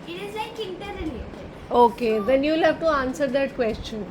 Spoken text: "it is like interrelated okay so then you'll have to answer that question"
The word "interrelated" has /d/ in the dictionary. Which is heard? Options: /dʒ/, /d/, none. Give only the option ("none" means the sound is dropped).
none